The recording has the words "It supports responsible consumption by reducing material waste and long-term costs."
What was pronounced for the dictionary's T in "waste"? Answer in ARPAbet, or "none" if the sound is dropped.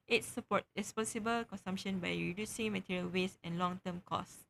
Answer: none